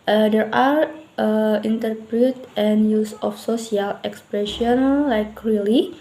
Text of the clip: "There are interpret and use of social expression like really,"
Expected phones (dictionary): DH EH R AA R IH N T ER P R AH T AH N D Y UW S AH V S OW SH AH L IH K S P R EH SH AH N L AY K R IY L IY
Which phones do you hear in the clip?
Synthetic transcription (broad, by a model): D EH R AA R IH N T ER P R AH T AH N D Y UW S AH F S OW S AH L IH K S P R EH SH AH N L AY K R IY L IY